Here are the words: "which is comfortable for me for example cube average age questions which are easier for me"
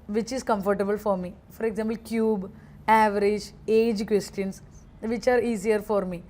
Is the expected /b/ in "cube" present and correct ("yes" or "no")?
yes